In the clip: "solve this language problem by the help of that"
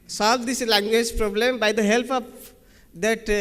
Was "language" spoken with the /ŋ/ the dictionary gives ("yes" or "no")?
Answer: yes